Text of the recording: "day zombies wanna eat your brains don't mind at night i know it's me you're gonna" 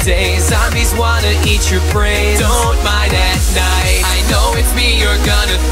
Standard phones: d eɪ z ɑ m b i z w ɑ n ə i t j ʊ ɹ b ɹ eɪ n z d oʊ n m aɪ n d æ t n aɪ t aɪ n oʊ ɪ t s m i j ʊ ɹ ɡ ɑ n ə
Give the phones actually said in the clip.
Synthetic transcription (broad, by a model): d eɪ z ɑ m i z w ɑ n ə i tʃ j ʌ ɹ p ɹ eɪ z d oʊ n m aɪ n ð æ t n aɪ t aɪ n oʊ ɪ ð m i j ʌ ɹ ɡ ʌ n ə